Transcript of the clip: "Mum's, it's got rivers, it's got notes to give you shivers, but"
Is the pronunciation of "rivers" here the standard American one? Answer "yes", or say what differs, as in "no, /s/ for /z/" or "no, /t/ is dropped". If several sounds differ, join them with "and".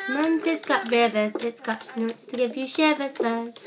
no, /s/ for /z/